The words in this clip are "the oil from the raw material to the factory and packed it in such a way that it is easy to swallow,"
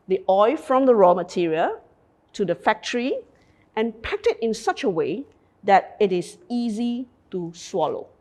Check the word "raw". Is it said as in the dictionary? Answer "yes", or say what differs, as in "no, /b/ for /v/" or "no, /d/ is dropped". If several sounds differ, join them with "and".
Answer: yes